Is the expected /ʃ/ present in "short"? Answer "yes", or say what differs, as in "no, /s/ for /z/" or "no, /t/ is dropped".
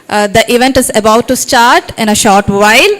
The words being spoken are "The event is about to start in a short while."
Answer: yes